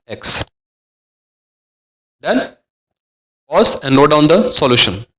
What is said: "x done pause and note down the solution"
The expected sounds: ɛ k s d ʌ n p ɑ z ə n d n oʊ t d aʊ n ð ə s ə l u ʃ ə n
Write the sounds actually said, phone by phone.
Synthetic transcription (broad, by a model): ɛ k s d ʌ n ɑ s ə n d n oʊ d aʊ n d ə s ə l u ʃ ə n